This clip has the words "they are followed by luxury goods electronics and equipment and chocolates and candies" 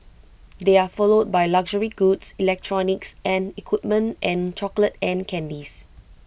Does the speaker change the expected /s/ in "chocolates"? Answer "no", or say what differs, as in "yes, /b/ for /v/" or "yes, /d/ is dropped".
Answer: yes, /s/ is dropped